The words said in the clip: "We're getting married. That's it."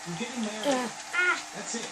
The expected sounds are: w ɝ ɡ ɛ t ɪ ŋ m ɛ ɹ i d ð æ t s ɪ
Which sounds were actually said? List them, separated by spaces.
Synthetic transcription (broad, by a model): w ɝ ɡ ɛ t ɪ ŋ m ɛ i ð æ t s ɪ